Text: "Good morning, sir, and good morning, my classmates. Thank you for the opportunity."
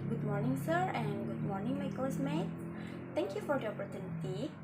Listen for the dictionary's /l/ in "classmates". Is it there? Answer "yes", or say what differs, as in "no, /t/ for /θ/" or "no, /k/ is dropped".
no, /l/ is dropped